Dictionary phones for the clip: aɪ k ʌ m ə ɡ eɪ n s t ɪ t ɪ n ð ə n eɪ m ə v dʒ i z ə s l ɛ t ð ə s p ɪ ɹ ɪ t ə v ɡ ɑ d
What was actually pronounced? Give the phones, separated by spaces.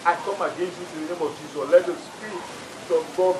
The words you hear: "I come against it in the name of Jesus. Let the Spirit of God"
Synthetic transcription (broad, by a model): aɪ k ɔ m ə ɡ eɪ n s ɪ t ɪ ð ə n eɪ m ə v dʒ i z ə l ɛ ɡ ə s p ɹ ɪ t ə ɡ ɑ